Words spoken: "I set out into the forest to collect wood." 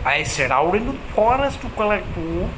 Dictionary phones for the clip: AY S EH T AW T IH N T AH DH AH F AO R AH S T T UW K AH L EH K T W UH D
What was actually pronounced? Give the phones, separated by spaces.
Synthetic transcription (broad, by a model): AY S EH T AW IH T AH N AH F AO R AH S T T UW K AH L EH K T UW